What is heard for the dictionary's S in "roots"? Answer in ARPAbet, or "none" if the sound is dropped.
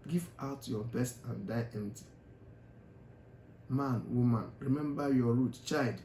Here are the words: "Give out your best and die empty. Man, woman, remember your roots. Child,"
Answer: none